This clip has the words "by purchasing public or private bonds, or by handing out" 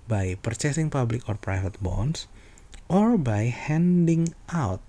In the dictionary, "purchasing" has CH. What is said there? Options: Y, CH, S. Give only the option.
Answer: CH